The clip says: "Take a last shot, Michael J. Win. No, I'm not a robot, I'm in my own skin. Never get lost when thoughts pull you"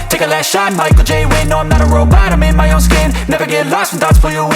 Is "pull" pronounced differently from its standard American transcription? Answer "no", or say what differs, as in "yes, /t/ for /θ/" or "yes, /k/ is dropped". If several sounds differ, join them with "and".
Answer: yes, /f/ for /p/